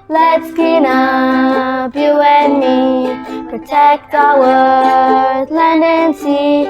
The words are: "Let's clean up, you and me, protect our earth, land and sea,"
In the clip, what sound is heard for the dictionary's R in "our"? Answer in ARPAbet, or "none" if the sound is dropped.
W